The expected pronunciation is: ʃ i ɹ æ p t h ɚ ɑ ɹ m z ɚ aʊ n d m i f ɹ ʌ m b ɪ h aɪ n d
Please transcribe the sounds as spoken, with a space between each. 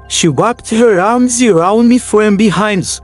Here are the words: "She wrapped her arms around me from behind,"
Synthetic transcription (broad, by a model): ʃ i w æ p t h ɚ ɑ ɹ m z ɚ aʊ n d m i f ɹ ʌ m b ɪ h aɪ n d